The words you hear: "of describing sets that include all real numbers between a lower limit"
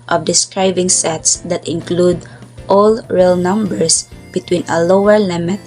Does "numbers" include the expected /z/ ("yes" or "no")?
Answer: no